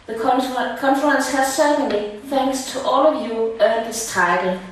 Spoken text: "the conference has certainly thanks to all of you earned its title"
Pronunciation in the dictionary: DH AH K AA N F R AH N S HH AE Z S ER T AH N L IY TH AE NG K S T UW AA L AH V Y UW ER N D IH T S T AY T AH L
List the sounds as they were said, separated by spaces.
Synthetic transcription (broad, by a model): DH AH K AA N F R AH N S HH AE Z S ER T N L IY TH AE NG K S T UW AA L AH V Y UW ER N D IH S T AY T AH L